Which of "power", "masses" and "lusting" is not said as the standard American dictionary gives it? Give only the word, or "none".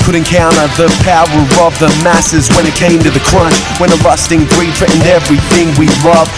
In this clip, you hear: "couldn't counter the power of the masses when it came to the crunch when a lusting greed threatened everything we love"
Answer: none